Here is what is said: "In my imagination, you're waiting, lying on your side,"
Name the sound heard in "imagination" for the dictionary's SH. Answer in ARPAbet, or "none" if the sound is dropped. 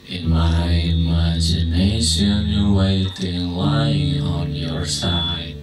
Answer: SH